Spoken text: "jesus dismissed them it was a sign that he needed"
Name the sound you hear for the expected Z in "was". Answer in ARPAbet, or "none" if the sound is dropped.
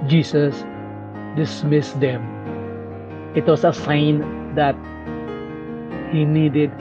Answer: S